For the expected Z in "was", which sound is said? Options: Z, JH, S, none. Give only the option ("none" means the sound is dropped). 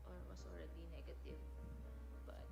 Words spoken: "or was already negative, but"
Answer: S